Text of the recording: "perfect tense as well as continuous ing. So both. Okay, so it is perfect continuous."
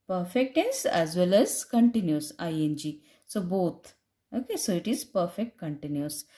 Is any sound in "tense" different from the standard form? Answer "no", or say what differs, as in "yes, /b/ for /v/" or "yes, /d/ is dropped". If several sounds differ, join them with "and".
yes, /n/ is dropped